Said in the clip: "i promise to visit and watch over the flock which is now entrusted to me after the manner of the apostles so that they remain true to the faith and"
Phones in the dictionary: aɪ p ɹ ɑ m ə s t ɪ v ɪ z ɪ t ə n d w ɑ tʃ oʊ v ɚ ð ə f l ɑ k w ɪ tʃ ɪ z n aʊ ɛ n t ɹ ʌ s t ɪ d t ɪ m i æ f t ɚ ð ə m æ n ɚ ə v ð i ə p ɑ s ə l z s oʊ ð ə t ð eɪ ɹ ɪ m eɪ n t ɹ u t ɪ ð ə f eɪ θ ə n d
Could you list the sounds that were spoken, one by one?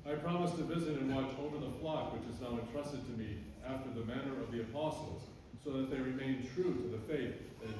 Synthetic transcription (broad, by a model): aɪ p ɹ ɑ m ə s t ɪ v ɪ z ɪ t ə n w ɑ tʃ oʊ v ɚ ð ə f l ɑ k w ɪ tʃ ɪ z n aʊ ɛ n t ɹ ʌ s t ɪ d t ɪ m i æ f t ɚ ð ə m æ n ɚ ə v ð i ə p ɑ s l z s oʊ ð ə t ð eɪ ɹ ɪ m eɪ n t ɹ u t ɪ ð ə f eɪ θ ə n